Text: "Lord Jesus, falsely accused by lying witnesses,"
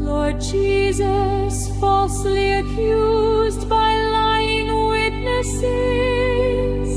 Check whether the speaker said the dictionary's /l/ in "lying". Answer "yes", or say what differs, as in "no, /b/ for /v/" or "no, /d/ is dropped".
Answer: yes